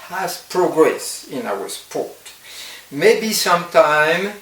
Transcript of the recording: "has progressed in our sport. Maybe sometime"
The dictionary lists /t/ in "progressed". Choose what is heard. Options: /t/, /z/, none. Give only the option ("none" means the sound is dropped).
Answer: none